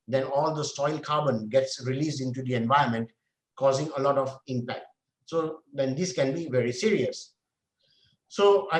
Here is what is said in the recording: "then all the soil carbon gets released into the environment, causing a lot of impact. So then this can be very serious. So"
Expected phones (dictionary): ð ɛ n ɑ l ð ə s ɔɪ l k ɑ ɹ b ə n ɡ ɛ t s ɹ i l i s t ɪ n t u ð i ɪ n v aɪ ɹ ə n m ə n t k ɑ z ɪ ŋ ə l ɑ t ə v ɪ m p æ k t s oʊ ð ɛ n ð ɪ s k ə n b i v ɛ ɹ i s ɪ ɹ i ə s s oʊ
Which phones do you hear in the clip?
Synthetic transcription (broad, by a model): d ɛ n ɑ l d ə s ɔɪ l k ɑ b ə n ɡ ɛ t s ɹ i l i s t ɪ n t u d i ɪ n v aɪ ə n m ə n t k ɑ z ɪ ŋ ə l ɑ t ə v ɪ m p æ k t s oʊ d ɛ n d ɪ s k ə n b i v ɛ ɹ i s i ɹ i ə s s oʊ